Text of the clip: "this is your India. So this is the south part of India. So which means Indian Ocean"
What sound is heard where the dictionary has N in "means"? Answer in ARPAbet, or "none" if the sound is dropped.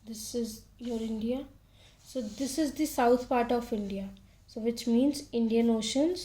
N